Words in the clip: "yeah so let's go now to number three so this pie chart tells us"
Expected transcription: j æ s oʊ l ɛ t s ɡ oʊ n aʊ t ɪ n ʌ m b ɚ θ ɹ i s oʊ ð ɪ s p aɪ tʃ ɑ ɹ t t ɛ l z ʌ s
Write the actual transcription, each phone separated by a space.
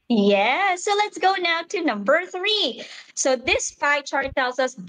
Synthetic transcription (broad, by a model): j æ s oʊ l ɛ t s ɡ oʊ n aʊ t ɪ n ʌ m b ɚ θ ɹ i s oʊ ð ɪ s f aɪ tʃ ɑ ɹ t t ɛ l z ʌ s